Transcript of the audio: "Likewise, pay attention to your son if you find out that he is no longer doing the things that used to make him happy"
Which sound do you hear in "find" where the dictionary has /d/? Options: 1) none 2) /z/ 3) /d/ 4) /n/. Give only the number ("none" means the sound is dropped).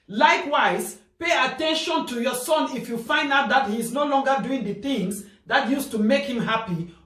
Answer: 3